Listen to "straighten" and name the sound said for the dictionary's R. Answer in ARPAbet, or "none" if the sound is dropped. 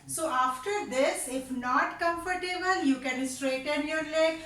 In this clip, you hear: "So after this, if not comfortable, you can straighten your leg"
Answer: R